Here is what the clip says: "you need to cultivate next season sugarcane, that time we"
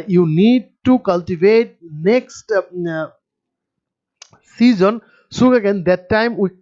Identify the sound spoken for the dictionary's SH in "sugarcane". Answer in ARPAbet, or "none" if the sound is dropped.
S